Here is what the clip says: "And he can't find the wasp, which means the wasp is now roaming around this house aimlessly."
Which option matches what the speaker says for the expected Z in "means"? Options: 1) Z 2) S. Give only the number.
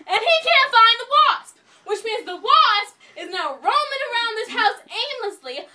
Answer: 1